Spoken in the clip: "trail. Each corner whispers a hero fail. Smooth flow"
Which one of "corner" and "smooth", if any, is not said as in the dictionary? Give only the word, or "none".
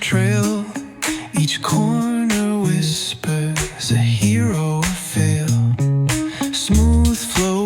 none